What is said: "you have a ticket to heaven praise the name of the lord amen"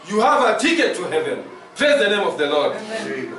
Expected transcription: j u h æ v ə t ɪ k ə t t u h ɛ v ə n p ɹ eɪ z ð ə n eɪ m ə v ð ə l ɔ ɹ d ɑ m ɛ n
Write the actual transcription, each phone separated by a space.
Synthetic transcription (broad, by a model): j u h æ v ə t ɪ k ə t t u h ɛ v ə n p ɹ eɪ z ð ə n eɪ m ə v ð ə l ɔ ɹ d